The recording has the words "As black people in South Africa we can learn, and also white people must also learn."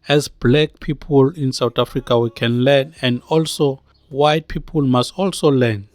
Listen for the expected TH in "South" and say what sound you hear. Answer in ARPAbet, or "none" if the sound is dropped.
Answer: T